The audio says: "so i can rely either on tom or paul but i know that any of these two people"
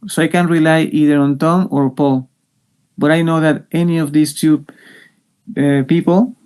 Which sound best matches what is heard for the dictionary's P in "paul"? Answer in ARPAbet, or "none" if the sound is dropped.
P